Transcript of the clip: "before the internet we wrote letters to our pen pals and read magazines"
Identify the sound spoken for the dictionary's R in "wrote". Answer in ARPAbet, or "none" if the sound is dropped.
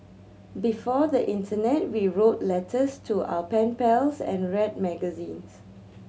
R